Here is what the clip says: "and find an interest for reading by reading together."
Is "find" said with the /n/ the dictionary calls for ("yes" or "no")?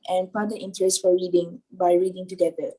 no